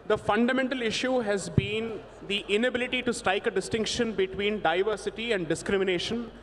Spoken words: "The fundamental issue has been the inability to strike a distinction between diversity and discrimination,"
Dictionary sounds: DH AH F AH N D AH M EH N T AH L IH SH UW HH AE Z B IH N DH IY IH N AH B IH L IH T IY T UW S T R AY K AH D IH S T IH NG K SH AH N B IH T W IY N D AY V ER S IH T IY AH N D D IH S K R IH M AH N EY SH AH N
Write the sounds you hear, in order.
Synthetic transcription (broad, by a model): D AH F AH N D AH M EH N T AH L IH SH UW HH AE Z B IH N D IY IH N AH B IH L IH T IY T UW S T R AY K AH D IH S T IH NG K SH AH N B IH T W IY N D AY V ER S IH T IY AH N D D IH S K R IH M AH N EY SH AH N